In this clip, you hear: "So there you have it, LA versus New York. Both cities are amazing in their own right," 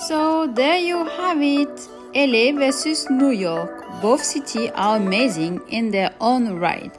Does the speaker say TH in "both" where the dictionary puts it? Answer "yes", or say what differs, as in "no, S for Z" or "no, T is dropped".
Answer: no, F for TH